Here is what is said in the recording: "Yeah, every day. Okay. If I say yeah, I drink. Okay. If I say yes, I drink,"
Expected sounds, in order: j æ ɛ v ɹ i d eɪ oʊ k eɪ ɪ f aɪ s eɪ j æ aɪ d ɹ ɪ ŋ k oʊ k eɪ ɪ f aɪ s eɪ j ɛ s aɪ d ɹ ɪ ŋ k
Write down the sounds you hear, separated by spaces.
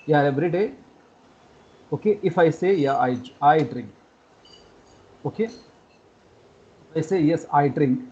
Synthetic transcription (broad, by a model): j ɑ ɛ b ɹ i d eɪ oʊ k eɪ ɪ f aɪ s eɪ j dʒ aɪ d ɹ ɪ ŋ k oʊ k eɪ ɪ f aɪ s eɪ j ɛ s aɪ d ɹ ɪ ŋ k